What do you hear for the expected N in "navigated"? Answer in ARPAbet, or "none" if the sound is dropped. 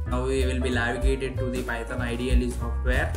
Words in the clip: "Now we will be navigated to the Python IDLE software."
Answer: L